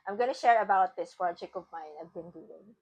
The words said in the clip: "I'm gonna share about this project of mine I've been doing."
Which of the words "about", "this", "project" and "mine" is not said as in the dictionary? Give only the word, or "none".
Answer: project